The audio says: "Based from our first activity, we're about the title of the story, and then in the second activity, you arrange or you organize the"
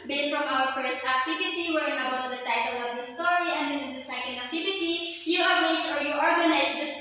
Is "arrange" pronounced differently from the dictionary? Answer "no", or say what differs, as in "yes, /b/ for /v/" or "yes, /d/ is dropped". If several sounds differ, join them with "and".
yes, /n/ is dropped